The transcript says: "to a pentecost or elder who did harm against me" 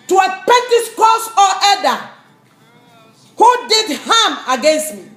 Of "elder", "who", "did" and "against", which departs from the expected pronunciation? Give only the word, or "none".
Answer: elder